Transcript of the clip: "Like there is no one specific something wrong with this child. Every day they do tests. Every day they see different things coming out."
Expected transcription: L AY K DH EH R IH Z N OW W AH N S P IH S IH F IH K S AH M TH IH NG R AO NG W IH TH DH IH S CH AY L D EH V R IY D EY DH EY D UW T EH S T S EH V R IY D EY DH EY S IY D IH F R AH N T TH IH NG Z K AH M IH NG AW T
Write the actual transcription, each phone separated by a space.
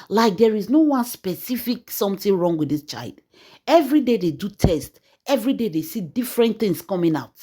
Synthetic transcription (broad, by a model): L AY K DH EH R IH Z N OW W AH N S P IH S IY F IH K S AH M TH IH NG R AO NG W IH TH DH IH S CH AY L D EH V R IY D EY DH EY D UW T EH S T EH V R IY D EY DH EY S IY D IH F R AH N T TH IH NG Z K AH M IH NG AW T